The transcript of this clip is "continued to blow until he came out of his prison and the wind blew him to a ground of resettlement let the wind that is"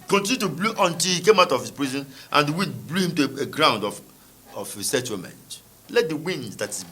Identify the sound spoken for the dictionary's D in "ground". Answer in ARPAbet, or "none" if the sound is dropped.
D